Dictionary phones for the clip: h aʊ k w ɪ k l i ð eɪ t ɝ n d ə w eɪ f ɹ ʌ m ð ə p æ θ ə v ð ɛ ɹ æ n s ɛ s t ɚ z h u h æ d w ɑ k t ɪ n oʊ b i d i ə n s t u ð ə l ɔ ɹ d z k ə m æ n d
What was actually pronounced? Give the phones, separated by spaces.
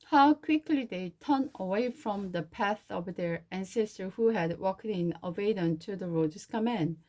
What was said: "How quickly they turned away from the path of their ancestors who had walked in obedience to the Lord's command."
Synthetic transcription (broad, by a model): h aʊ k w ɪ k l i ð eɪ t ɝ n ə w eɪ f ɹ ʌ m ð ə p æ θ ə v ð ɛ ɹ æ n s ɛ s t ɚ h u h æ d w ɑ k t ɪ n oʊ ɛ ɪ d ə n t u ð ə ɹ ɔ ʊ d s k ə m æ n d